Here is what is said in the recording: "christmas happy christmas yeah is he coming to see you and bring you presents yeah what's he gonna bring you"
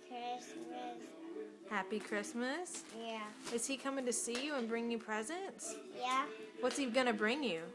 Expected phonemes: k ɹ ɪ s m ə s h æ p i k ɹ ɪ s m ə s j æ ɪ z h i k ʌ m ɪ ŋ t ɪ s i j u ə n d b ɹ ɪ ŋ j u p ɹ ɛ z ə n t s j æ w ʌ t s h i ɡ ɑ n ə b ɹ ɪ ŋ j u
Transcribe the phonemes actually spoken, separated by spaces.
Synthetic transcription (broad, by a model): k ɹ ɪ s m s h æ p i k ɹ ɪ s m ə s j æ ɪ z h i k ʌ m ɪ ŋ t ɪ s i j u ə n b ɹ ɪ ŋ j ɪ p ɹ ɛ z ə n t s j æ w ʌ t s h i ɡ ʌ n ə b ɹ ɪ ŋ j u